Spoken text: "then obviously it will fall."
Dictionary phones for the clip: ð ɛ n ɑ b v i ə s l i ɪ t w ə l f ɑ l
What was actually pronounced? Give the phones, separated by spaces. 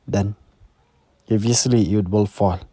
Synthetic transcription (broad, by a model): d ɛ n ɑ v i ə s l i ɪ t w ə l f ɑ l